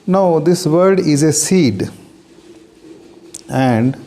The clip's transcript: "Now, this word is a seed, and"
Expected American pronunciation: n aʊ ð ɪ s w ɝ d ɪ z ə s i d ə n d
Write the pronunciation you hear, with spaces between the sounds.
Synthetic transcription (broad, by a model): n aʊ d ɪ s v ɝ d ɪ z ə s i d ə n d